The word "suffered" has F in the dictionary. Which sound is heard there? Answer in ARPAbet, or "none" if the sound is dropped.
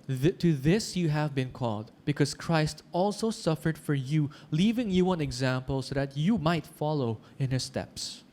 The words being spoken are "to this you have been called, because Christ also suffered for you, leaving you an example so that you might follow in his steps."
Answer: F